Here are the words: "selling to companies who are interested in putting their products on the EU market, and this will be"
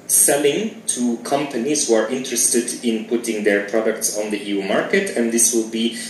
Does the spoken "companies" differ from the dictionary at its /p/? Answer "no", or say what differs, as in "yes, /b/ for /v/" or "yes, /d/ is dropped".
no